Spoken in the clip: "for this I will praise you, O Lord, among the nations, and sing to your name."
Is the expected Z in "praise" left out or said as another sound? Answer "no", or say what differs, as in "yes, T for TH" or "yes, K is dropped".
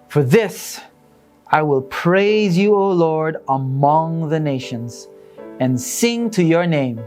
no